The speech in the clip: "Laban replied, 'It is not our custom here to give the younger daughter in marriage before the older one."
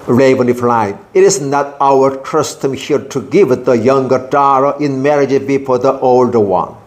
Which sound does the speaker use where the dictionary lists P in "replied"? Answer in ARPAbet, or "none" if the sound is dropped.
F